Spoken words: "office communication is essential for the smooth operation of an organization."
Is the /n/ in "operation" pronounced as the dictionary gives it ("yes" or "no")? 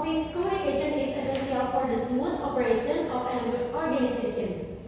yes